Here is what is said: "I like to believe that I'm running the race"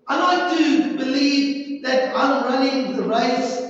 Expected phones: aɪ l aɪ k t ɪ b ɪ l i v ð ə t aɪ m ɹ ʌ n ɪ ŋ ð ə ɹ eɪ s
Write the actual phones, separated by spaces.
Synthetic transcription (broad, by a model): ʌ n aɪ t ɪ b ɪ l i v ð ə t aɪ m ɹ ʌ n ɪ ŋ ð ə ɹ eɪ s